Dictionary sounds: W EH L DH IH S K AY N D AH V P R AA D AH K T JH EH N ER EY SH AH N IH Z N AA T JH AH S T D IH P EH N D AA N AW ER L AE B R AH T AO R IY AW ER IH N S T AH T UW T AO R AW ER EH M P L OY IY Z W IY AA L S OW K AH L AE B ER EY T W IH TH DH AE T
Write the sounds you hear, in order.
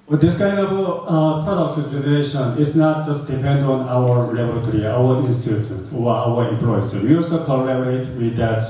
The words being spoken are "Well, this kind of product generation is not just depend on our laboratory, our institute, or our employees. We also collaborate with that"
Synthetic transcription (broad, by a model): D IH S K AY N D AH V P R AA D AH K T JH EH N ER EY SH AH N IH S N AA T JH AH S T D IH P EH N D AA N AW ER L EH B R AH T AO R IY AW ER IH N S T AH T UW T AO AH AW ER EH M P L OY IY S W IY AA L S OW K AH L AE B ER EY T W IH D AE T